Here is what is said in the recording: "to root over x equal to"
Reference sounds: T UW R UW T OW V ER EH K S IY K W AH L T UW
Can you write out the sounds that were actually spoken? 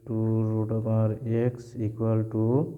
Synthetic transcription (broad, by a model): T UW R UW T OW P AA EH K S IY K W AH L T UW